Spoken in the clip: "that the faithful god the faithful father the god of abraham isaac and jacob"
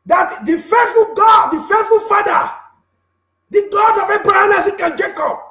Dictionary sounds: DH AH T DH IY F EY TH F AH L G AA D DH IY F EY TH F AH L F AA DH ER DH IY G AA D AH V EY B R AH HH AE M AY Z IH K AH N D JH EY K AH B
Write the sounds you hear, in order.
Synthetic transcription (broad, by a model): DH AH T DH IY F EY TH F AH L G AA D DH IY F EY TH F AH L F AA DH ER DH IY G AA D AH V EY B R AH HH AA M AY S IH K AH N JH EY K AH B